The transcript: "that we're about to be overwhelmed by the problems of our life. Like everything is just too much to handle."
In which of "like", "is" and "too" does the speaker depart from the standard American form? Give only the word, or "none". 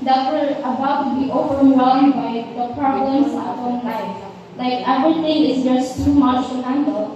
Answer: is